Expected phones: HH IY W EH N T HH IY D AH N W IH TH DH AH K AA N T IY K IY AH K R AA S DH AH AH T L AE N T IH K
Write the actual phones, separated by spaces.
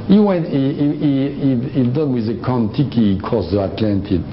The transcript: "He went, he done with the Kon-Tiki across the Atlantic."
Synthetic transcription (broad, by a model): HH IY W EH N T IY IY D AH N W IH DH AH K AA N T IY K IY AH K AA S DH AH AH T L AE N T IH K